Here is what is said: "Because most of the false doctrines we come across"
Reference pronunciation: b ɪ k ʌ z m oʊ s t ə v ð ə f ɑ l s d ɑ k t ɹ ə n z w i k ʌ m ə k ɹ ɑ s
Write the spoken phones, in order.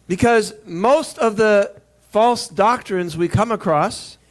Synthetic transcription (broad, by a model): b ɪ k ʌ z m oʊ s t ə v ð ə f ɑ l s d ɑ k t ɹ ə n z w i k ʌ m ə k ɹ ɑ s